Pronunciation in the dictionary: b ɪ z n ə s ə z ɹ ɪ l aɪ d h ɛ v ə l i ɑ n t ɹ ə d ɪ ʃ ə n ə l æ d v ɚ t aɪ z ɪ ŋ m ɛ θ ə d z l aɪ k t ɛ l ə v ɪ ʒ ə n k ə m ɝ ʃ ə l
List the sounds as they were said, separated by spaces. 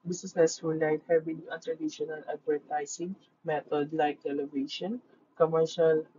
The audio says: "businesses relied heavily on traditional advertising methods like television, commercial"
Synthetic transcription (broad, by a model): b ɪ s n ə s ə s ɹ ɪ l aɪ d h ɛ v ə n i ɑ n t ɹ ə d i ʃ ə n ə l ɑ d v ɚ t aɪ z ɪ ŋ m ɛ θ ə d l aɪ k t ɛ l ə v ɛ ʃ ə n k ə m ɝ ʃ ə l